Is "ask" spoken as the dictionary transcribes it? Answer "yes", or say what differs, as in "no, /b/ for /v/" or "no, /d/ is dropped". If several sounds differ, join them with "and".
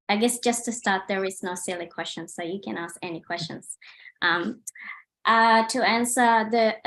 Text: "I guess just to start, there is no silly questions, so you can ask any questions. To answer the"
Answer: yes